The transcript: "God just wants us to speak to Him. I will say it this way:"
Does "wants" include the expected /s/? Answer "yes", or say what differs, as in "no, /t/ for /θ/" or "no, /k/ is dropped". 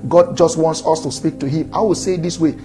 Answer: yes